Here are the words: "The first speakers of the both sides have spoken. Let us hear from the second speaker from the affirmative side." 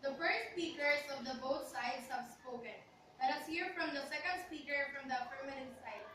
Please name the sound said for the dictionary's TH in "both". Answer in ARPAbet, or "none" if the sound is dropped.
T